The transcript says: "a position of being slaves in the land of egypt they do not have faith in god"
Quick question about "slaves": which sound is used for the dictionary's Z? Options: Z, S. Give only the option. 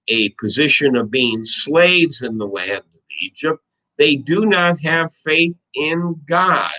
Z